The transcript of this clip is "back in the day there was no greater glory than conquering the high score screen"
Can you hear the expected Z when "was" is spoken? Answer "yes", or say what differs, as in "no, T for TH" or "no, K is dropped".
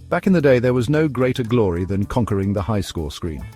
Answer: yes